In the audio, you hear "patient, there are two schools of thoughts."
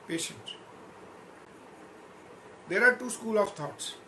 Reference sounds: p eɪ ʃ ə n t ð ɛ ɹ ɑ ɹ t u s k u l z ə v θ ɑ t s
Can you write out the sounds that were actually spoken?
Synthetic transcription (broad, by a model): p eɪ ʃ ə n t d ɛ ɹ ɑ ɹ t u s k u l ə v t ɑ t s